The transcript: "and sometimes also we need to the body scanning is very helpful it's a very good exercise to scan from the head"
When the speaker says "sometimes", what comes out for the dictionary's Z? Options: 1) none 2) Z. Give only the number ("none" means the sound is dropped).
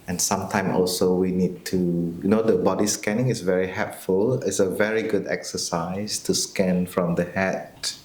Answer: 1